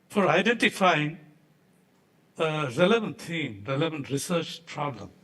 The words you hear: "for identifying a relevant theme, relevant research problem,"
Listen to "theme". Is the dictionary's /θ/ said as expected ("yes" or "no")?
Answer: no